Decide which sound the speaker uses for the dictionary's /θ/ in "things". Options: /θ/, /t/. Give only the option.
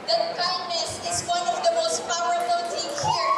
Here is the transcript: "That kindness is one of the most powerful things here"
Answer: /t/